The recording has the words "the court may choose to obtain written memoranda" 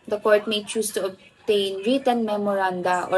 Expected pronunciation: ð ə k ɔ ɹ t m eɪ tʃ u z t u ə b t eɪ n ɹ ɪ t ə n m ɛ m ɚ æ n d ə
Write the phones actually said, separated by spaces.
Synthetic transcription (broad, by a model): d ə k ɔ ɹ t m eɪ tʃ u s t u ə b t eɪ n ɹ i t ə n m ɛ m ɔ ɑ n d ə